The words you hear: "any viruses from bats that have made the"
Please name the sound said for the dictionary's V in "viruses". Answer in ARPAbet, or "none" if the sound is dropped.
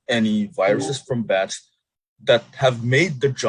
V